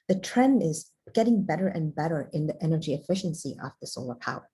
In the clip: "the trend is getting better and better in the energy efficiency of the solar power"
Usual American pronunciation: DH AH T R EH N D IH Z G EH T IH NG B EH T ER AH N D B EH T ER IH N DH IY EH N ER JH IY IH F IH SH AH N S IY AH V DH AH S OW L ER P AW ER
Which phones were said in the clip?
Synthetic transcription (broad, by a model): DH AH T R EH N D IH Z G EH T IH NG B EH T ER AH N B EH T ER IH N DH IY EH N ER JH IY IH F IH SH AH N S IY AH V DH AH S OW L ER P AW ER